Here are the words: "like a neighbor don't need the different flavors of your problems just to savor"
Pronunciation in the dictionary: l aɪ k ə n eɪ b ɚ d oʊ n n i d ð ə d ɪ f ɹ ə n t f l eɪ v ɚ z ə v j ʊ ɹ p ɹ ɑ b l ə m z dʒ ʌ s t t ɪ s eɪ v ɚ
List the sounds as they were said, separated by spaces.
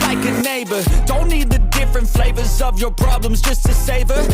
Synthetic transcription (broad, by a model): l aɪ k ə n eɪ b ɚ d oʊ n n i d ð ə d ɪ f ɹ ə n t f l eɪ v ɚ z ə v j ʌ ɹ p ɹ ɑ b l ə m z dʒ ʌ s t t ɪ s eɪ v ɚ